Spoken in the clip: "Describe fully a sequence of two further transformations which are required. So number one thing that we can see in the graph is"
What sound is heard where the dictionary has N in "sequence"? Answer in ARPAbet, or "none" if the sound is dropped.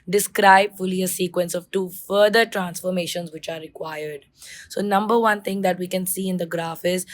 N